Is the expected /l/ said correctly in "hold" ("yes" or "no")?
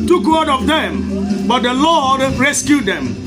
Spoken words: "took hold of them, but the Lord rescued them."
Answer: no